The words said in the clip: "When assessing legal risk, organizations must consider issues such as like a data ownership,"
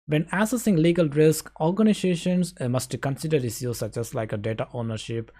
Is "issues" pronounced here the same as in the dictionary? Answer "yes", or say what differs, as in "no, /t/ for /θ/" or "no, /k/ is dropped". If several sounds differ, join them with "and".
no, /s/ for /ʃ/